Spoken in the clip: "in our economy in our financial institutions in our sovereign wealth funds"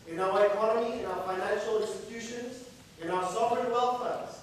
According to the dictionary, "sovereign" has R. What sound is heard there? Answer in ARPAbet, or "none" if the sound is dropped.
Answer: none